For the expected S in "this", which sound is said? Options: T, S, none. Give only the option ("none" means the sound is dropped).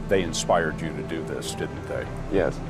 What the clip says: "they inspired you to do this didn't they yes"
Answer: S